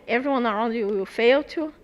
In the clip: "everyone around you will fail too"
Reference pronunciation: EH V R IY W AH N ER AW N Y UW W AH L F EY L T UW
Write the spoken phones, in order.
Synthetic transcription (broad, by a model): EH V R IY W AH N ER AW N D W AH W F EY L T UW